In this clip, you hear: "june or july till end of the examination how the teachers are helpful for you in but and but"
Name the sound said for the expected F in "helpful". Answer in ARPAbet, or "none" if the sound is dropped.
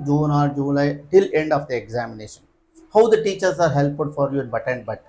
none